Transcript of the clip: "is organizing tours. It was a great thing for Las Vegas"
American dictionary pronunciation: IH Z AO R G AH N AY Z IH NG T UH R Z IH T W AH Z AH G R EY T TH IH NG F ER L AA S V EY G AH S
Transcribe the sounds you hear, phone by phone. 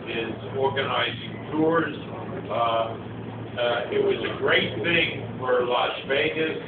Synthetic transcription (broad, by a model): IH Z AO R G AH N AY Z IH NG T UH R Z IH T W AH Z AH G R EY T TH IH NG F ER L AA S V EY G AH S